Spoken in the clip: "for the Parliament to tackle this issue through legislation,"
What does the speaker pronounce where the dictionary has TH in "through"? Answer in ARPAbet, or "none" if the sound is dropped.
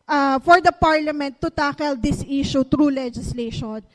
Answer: T